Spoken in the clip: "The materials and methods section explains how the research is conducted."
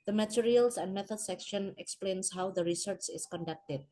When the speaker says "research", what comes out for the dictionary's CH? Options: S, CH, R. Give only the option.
CH